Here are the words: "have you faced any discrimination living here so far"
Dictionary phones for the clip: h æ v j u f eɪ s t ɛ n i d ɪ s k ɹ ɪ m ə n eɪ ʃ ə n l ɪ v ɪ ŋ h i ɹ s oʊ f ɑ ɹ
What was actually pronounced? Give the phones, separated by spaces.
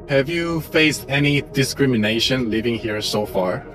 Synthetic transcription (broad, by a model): h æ v j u f eɪ s t ɛ n i d ɪ s k ɹ ɪ m ə n eɪ ʃ ə n l ɪ v ɪ ŋ h i ɹ s oʊ f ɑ ɹ